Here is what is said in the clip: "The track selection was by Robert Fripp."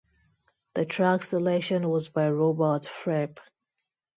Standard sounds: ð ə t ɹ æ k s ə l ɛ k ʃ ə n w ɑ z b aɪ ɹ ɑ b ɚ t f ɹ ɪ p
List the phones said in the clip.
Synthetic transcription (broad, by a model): ð ə t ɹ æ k s ə l ɛ k ʃ ə n w ɑ z b aɪ ɹ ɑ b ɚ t f ɹ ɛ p